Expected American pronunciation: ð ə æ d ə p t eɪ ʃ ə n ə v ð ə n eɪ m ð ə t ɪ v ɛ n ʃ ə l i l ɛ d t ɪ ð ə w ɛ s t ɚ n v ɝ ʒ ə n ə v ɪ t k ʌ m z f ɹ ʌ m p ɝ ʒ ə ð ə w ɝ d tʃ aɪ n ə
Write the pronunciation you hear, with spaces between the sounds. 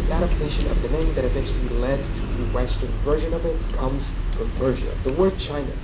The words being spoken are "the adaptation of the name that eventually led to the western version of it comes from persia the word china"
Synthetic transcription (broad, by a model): æ d ə p t eɪ ʃ ə n ə v ð ə n eɪ m ð ə t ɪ v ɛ n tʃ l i l ɛ d t ɪ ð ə w ɛ s t ɚ n v ɝ ʒ ə n ə v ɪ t k ʌ m z f ɹ ʌ m p ɝ ʒ ə ð ə w ɝ d tʃ aɪ n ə